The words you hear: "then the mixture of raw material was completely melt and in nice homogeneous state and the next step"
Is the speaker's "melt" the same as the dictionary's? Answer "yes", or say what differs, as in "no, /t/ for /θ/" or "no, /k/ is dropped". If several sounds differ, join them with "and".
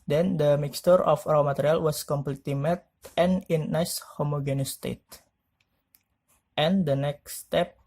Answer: no, /l/ is dropped